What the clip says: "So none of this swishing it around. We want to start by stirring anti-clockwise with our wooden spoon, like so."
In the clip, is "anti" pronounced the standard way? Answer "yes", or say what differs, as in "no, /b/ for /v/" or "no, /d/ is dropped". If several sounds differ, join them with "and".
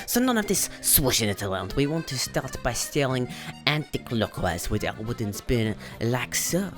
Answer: yes